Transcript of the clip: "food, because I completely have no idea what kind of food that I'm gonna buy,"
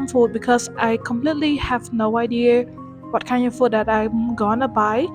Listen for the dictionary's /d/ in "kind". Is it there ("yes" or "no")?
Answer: no